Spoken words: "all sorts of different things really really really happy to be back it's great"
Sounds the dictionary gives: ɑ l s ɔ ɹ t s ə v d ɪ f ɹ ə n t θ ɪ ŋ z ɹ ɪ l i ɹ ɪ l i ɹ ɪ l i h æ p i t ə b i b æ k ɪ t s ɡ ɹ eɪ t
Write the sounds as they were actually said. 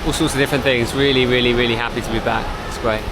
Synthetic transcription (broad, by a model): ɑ l s ɔ t s ə v d ɪ f ɹ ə n θ ɪ ŋ z ɹ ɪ l i ɹ ɪ l i ɹ ɪ l i h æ p i t ə b i b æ k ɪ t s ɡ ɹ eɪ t